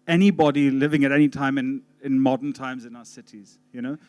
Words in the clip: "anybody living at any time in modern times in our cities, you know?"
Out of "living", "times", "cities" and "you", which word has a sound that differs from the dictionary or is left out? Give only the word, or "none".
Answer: none